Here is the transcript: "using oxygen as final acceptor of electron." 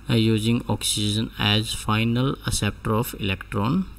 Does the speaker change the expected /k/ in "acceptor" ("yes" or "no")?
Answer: yes